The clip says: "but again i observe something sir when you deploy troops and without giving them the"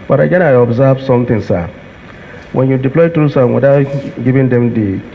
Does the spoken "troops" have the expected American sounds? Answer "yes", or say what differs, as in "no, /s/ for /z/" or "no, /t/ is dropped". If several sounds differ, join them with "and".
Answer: no, /p/ is dropped